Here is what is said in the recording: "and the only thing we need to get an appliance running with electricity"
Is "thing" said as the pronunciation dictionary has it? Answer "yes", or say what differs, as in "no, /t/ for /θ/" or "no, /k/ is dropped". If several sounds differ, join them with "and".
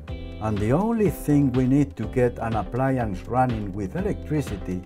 yes